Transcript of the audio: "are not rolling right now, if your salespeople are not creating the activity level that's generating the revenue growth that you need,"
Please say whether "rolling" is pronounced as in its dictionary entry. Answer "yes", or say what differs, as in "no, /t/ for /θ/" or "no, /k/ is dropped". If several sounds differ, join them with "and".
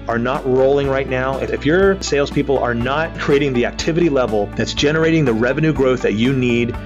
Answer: yes